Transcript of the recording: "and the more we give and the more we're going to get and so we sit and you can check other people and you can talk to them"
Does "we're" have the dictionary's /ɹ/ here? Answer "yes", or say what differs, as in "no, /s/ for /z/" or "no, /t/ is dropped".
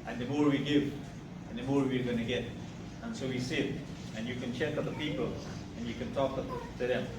yes